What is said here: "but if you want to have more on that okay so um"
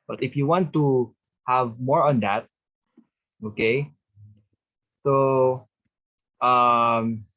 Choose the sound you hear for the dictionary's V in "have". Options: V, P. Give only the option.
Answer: V